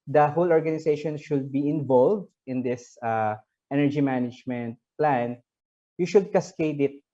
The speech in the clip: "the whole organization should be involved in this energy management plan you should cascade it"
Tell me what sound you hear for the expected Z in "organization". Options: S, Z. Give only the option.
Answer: S